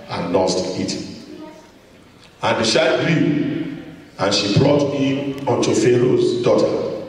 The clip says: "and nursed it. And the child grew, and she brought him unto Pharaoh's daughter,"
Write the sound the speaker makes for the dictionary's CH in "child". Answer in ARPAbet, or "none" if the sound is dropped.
SH